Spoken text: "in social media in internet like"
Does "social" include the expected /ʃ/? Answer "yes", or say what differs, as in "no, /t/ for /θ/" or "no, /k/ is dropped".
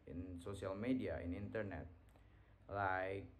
no, /s/ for /ʃ/